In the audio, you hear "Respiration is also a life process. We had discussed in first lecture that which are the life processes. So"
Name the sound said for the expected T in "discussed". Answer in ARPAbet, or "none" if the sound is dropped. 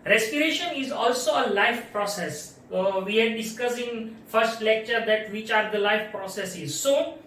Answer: none